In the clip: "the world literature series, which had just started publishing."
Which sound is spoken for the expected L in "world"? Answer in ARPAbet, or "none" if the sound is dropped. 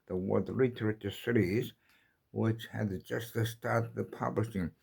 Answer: none